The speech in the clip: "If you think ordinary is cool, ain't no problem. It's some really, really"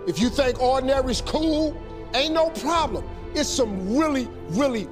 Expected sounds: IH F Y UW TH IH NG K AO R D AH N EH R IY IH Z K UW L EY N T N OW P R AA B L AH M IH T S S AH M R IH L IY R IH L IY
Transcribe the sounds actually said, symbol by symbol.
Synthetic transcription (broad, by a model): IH F Y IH TH IH NG K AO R D N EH R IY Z K UW L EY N N OW P R AA B L AH M IH T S S AH M R IH L IY R IH L IY